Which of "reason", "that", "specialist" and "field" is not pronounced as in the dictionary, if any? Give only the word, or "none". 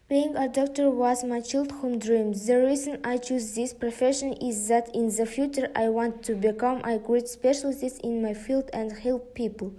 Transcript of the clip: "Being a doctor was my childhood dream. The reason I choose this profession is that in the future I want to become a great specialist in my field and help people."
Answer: specialist